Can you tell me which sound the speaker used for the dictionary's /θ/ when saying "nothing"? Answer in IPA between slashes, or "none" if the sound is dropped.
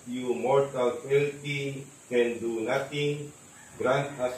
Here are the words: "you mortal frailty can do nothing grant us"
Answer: /t/